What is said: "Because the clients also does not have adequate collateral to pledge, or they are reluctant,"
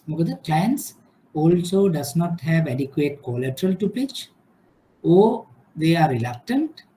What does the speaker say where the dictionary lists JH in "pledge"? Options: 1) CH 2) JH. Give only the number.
1